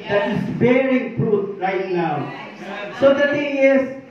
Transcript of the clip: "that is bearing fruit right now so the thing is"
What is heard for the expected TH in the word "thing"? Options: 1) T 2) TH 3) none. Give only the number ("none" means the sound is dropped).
1